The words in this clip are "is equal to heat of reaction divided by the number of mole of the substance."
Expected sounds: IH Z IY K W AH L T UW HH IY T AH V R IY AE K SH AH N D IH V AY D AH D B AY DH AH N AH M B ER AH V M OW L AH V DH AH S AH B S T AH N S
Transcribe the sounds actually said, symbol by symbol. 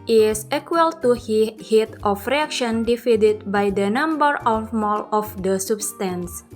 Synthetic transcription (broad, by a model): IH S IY K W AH L T UW HH IY T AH F R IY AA K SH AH N D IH F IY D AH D B AY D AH N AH M B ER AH F M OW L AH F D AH S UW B S T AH N S